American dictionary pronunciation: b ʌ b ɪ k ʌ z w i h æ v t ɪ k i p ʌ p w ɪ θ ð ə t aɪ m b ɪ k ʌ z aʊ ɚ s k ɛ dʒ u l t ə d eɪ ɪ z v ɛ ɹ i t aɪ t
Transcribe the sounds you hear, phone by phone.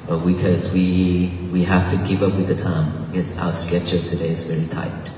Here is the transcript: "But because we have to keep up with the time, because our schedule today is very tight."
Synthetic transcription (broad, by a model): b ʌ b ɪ k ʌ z w i h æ f t ɪ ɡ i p ʌ p w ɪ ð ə t aɪ m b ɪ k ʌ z aʊ ɚ s k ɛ tʃ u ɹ t ə d eɪ ɪ z v ɛ ɹ i t aɪ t